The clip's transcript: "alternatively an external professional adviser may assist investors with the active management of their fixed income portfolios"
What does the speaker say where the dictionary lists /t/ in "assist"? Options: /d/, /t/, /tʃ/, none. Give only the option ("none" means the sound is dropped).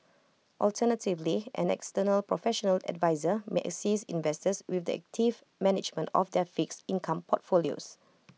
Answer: none